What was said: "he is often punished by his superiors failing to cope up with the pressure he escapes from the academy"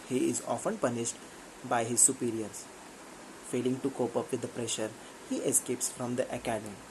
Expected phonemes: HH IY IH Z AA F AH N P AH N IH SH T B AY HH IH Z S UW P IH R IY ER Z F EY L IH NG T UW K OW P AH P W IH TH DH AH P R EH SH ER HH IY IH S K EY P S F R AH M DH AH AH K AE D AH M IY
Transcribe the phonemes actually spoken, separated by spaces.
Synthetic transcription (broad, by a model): HH IY IH Z AA F AH N P AH N IH SH T B AY HH IH Z S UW P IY R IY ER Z F EY L IH NG T UW K OW P AH P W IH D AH P R EH SH ER HH IY IH S K EY P S F R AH M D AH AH K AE D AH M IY